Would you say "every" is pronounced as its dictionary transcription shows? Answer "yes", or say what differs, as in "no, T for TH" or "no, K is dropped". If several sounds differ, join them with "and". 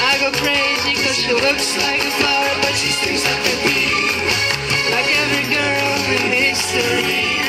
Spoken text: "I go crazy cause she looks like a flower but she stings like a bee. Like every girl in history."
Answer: yes